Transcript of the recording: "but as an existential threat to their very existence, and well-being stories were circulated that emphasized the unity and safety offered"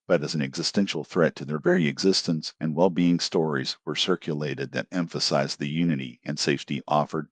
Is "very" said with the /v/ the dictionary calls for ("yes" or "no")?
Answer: yes